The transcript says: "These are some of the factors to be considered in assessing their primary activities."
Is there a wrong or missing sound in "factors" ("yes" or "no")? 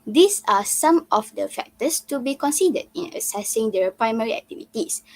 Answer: yes